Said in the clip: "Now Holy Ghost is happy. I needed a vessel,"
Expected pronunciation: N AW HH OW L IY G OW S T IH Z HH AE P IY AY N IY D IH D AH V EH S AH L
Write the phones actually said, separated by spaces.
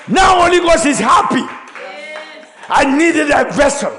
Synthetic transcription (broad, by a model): N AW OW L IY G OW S IH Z HH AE P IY AY N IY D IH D AH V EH S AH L